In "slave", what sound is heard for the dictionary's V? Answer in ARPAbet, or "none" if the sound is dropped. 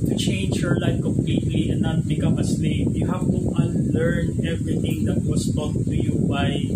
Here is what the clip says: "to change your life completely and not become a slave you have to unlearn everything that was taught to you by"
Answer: P